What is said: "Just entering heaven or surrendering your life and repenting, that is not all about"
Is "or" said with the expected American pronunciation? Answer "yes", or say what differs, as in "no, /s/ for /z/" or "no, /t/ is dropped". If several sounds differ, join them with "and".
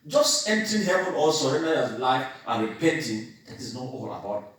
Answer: no, /l/ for /ɹ/